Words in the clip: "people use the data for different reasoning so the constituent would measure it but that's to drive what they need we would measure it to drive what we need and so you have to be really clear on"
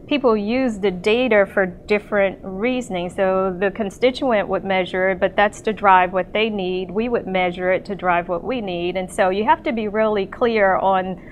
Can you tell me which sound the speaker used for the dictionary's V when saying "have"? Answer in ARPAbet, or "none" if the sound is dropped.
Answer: F